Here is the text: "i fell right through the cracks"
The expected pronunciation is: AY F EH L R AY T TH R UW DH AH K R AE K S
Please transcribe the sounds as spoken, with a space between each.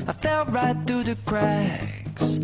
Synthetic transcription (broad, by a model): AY F EH L R AY T TH R UW DH AH K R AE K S